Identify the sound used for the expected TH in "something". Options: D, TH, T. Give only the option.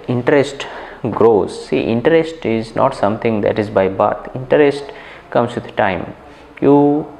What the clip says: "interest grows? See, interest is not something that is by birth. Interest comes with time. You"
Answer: T